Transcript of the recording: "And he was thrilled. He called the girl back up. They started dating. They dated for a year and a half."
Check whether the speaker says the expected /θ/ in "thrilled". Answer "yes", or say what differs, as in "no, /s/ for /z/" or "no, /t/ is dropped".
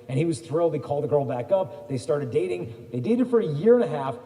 yes